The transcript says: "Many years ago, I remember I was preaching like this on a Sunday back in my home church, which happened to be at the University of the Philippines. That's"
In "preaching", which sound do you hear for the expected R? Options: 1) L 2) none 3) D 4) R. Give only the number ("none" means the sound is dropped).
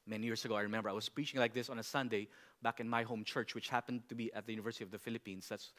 4